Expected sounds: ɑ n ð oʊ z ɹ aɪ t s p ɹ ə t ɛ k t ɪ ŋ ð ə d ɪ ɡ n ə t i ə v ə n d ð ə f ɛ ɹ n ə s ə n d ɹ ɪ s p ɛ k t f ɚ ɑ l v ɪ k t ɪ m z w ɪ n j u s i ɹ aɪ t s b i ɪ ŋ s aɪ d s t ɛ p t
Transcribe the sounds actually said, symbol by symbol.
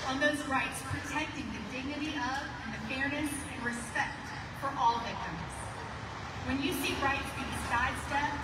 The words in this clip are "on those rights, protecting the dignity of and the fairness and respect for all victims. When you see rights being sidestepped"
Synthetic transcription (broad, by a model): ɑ n ð oʊ z ɹ aɪ t s p ɹ ə t ɛ k t ɪ ŋ ð ə d ɪ ɡ n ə t i ə v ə n ð ə f ɛ ɹ n ə s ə n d ɹ ɪ s p ɛ k t f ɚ ɑ l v ɪ k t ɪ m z w ɪ n j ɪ s i ɹ aɪ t b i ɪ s aɪ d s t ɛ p